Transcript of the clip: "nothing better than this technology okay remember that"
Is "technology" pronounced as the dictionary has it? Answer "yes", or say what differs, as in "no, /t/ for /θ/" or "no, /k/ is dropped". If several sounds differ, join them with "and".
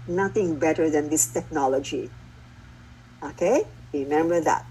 yes